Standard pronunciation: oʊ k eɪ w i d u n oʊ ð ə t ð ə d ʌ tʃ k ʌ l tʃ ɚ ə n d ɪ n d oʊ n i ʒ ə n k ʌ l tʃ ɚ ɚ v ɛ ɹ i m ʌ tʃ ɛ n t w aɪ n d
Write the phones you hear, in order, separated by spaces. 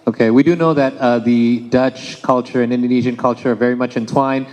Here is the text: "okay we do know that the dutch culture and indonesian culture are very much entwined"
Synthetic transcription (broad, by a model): oʊ k eɪ w i d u n oʊ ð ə t ð ə d ʌ tʃ k ʌ l tʃ ɚ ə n ɪ n d oʊ n i ʒ ə n k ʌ l tʃ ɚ ɚ v ɛ ɹ i m ʌ tʃ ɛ n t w aɪ n